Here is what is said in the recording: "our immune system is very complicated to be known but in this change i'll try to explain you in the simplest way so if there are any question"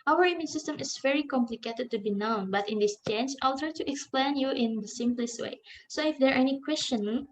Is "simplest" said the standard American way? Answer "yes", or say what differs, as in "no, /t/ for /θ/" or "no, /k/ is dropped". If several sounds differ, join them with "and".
yes